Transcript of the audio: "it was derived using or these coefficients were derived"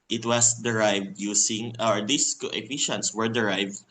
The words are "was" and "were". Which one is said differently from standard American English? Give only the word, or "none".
was